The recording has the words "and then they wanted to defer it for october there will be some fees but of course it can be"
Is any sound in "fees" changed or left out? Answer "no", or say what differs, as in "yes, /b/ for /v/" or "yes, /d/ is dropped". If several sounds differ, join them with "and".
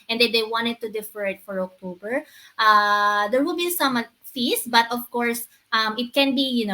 yes, /s/ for /z/